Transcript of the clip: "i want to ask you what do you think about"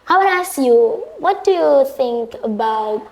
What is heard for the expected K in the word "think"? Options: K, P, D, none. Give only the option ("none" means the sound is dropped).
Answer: K